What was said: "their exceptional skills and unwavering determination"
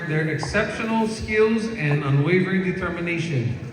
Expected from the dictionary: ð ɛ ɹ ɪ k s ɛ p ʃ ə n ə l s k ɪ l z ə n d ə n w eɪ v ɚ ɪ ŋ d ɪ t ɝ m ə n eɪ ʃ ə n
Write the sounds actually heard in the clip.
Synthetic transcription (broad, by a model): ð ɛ ɹ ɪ k s ɛ p ʃ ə n l s k ɪ l z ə n ə n w eɪ v ɚ ɪ ŋ d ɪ t ɝ m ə n eɪ ʃ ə n